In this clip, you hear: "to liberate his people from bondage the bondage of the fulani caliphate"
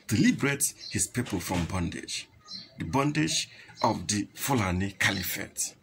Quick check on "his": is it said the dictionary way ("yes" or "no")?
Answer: no